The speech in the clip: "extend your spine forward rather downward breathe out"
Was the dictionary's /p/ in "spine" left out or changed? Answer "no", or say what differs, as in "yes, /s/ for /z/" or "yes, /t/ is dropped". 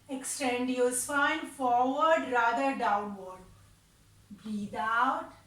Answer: yes, /f/ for /p/